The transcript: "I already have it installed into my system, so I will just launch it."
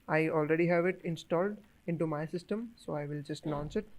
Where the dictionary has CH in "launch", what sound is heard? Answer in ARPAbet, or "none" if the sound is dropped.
S